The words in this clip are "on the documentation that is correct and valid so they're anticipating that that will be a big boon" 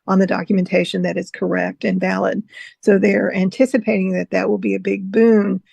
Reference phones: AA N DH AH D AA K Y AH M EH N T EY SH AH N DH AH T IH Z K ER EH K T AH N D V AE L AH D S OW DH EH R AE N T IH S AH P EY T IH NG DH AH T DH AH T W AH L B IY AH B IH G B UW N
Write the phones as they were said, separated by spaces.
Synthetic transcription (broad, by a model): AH N DH AH D AA K Y M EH N T EY SH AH N DH AH T IH Z K ER EH K T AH N V AE L AH D S OW DH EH R AE N T IH S AH P EY T IH NG DH AH T DH AH T W AH L B IY AH B IH G B UW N